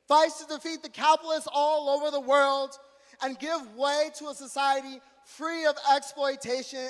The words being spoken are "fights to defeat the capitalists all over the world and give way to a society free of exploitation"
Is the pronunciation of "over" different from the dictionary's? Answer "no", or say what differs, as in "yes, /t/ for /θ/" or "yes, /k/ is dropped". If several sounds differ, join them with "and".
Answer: no